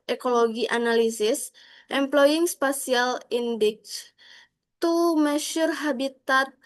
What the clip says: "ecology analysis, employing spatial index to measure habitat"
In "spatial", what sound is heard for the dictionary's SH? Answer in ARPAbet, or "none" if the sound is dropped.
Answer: S